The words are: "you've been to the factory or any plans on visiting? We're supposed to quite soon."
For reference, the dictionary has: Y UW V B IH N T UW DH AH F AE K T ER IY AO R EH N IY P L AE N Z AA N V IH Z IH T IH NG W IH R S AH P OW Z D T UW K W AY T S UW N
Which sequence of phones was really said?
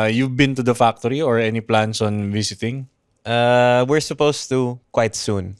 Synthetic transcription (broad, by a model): Y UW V B IH N T UW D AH F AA K T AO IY AO R EH N IY P L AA N S AA N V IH S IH T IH NG W IH R S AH P OW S T UW K W AY T S UW N